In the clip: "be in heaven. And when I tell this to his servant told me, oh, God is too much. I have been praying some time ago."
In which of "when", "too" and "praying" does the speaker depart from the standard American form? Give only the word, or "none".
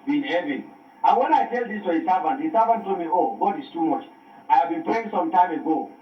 praying